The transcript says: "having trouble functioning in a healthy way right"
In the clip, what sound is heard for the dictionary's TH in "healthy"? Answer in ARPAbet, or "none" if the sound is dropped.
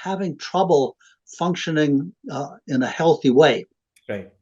TH